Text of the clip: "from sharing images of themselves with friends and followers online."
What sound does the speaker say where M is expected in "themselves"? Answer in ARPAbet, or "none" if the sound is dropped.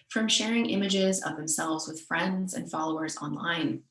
M